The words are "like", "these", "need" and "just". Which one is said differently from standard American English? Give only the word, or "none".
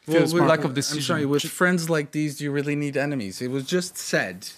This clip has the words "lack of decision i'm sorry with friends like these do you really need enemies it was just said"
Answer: none